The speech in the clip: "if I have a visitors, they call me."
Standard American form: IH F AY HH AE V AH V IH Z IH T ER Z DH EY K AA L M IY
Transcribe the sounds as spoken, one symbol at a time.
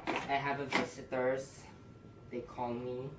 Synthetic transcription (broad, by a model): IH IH HH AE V AH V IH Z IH T ER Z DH EY K AA L M IY